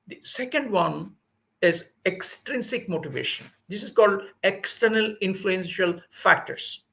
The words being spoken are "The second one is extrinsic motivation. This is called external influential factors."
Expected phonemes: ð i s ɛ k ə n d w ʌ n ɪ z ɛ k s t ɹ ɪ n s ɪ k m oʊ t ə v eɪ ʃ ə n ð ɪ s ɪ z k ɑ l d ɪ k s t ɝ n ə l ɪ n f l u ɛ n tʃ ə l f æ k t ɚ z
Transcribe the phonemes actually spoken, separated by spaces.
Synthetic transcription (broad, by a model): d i s ɛ k ə n d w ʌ n ɪ z ɛ k s t ɹ ɪ n s ɪ k m oʊ t ə v eɪ ʃ ə n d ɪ s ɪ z k ɑ l d ɪ k s t ɝ n ə l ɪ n f l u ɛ n ʃ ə l f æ k t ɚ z